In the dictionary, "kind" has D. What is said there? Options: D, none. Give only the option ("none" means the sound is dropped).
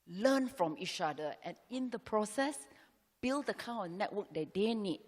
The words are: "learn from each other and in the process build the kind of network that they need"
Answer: none